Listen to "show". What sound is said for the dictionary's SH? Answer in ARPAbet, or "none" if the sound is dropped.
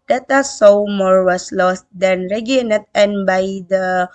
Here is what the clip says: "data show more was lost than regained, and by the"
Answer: S